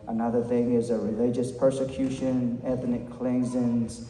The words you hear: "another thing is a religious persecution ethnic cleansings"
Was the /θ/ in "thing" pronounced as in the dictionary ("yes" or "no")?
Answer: yes